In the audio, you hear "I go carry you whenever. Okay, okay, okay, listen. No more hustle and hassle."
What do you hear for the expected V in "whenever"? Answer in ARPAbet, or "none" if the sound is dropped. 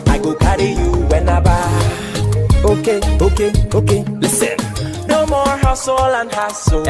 B